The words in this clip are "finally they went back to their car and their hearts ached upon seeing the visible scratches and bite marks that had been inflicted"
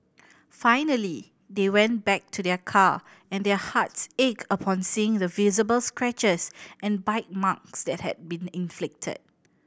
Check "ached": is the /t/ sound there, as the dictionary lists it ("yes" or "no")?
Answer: no